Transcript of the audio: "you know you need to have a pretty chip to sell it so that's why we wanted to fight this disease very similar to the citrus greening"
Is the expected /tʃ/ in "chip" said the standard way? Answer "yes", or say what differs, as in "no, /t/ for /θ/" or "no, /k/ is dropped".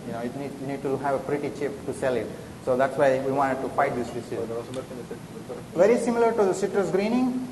yes